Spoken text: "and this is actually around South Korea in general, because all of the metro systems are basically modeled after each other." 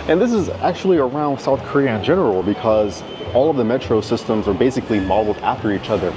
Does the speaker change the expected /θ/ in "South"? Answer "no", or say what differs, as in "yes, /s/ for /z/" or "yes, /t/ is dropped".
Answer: no